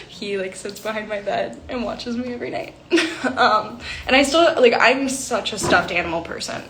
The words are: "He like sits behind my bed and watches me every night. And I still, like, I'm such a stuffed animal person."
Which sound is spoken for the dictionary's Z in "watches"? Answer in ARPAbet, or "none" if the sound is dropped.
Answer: Z